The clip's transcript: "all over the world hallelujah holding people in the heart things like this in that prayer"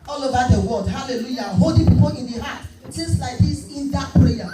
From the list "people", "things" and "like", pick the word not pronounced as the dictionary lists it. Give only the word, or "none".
things